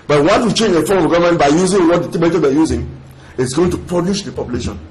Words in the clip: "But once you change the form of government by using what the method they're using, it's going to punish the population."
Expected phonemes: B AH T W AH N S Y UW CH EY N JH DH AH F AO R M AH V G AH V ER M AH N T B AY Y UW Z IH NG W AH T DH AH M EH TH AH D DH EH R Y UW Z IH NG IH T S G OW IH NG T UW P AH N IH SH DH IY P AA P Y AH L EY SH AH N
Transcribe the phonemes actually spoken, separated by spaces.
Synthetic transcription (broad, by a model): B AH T W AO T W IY CH EY N JH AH F AO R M AH V G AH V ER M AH N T B AY Y UW Z IH NG W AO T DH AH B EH T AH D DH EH Y UW Z IH NG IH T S G OW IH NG T UW P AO L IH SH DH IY P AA P Y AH L EY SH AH N